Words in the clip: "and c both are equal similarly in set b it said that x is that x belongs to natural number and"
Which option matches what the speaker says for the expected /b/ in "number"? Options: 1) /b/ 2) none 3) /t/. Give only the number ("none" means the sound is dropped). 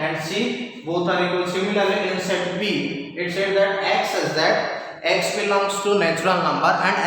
1